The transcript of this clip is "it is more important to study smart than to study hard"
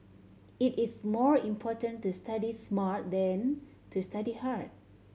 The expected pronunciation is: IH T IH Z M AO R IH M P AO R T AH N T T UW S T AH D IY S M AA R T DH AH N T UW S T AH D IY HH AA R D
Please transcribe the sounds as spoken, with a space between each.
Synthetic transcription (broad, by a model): IH T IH S M AO R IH M P AO T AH N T T UW S T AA D IY S M AA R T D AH N T UW S T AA D IY HH AA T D